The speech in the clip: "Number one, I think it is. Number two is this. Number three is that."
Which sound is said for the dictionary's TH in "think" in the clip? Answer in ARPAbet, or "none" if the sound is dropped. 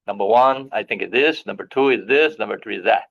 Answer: TH